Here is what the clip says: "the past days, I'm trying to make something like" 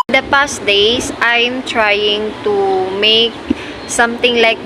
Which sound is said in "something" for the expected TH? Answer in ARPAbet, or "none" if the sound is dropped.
T